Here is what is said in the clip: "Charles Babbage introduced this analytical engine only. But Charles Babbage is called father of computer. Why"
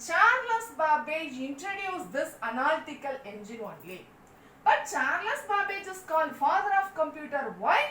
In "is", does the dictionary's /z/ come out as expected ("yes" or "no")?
no